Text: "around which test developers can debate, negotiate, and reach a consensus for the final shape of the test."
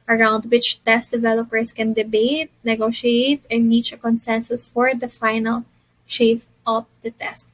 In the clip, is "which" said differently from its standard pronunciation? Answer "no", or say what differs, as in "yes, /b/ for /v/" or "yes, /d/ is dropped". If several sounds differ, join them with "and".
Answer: no